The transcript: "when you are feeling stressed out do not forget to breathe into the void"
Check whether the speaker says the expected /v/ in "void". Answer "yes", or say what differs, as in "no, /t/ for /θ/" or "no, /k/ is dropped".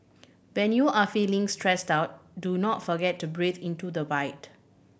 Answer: no, /b/ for /v/